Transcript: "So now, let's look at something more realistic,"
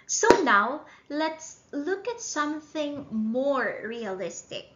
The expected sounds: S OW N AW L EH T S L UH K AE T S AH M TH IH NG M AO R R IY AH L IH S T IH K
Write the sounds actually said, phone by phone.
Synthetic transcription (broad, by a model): S OW N AW L EH T S L UH K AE T S AH M TH IH NG M AO R R IY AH L IH S T IH K